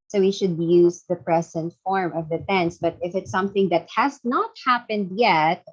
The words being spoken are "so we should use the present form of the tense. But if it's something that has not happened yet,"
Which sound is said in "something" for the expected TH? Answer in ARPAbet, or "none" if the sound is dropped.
TH